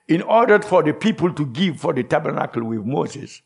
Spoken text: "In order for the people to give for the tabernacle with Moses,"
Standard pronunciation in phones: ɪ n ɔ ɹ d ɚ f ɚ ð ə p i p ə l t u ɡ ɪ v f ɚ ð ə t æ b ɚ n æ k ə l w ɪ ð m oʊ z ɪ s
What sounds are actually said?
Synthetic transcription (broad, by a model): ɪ n ɔ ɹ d f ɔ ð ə p i p ə l t u ɡ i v f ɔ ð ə t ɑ b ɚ n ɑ k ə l w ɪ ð m oʊ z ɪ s